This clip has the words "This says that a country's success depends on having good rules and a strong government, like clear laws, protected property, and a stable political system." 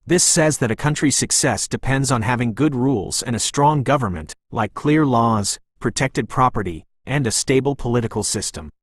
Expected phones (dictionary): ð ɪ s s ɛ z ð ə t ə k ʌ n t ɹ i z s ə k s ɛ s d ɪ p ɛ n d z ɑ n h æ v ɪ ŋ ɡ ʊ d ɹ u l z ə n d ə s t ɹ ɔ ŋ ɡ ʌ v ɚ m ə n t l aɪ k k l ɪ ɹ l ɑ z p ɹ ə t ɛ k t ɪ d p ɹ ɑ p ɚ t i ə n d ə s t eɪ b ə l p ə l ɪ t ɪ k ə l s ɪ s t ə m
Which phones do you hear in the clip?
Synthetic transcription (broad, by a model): ð ɪ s s ɛ z ð ə t ə k ʌ n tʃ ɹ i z s ə k s ɛ s d ɪ p ɛ n d z n h æ v ɪ ŋ ɡ ʊ d ɹ u l z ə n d ə s t ɹ ɔ ŋ ɡ ʌ v ɚ m ə n t l aɪ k k l ɪ ɹ l ɑ z p ɹ ə t ɛ k t ɪ d p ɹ ɑ p ɚ t i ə n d ə s t eɪ b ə l p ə l ɪ t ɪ k l s ɪ s t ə m